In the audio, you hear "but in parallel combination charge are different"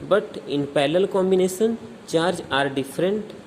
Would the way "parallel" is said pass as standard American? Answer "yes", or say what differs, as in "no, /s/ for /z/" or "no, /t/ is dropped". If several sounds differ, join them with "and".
no, /l/ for /ɹ/